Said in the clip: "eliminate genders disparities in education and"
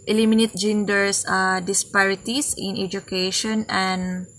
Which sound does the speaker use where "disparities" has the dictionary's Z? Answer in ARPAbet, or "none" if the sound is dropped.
S